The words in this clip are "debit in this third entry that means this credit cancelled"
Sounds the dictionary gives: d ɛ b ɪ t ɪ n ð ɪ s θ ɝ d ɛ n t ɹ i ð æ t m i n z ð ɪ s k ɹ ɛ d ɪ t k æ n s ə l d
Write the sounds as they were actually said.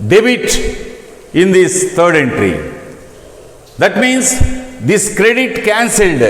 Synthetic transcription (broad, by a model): d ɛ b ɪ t ɪ n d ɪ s t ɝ d ɛ n t ɹ i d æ t m i n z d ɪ s k ɹ ɛ d ɪ t k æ n s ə l d